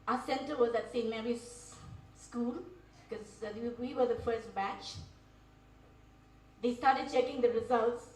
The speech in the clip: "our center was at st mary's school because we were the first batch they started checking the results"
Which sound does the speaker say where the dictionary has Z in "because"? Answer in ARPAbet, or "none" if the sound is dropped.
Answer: none